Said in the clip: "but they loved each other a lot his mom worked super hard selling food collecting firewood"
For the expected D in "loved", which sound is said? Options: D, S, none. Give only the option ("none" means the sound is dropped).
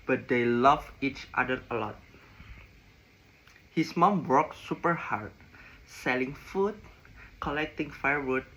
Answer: none